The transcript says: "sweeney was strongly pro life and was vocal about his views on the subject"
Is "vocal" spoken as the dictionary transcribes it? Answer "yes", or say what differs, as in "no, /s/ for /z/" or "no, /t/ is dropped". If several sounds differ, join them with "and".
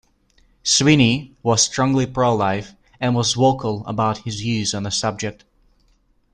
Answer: no, /w/ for /v/